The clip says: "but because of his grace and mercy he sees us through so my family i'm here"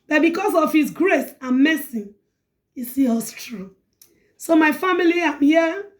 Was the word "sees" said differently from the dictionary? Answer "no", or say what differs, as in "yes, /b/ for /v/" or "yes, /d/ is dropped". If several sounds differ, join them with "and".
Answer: yes, /z/ is dropped